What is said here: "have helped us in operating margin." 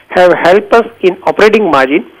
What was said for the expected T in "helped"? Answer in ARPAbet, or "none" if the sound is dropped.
none